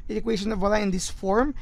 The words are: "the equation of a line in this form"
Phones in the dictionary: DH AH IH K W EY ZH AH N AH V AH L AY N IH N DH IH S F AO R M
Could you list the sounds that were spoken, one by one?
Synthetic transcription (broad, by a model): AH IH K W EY SH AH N AH V AH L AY IH N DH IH S F AO R M